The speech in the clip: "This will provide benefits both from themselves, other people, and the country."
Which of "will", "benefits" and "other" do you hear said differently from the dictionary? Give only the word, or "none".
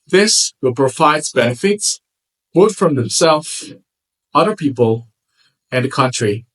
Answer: none